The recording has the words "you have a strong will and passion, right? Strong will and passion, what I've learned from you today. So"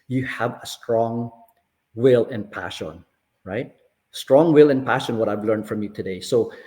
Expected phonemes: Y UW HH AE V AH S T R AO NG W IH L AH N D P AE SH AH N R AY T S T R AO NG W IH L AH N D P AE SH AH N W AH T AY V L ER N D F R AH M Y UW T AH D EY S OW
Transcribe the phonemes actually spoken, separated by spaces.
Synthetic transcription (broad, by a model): Y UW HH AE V AH S T R AO NG W IH L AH N P AE SH AH N R AY T S T R AO NG W IH L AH N P AE SH AH N W AH T AY V L ER N D F R AH M Y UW T AH D EY S OW